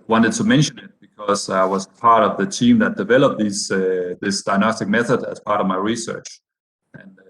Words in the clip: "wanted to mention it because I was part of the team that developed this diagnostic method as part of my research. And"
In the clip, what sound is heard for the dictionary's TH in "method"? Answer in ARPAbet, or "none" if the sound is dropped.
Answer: TH